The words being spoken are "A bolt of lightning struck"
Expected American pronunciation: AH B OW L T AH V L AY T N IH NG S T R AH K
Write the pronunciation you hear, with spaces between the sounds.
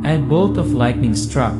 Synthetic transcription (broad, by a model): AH B OW T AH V L AY T N IH NG S T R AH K